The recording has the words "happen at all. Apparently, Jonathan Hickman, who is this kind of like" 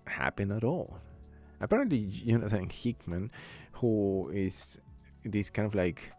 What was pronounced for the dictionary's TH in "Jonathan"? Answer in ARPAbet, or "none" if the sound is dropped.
S